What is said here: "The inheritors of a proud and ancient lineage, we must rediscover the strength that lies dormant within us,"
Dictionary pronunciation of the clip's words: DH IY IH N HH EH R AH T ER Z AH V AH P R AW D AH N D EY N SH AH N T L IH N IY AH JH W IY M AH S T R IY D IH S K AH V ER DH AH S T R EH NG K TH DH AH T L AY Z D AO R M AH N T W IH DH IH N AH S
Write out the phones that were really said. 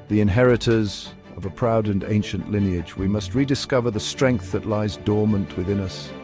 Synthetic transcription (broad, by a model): DH IY IH N HH EH R AH T ER Z AH V AH P R AW D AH N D EY N SH AH N T L IH N IY AH JH W IY M AH S T R IY D IH S K AH V ER DH AH S T R EH NG K TH DH AH T L AY Z D AO R M AH N T W IH DH IH N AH S